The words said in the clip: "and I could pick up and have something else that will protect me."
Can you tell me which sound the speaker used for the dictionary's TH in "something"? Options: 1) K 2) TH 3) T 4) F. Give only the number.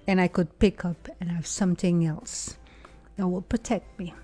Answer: 2